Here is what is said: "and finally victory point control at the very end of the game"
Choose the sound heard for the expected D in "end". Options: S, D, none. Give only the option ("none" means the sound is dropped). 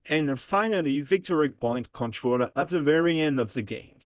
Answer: D